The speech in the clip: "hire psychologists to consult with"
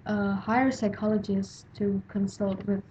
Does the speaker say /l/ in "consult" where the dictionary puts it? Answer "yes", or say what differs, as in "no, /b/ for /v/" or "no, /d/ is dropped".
yes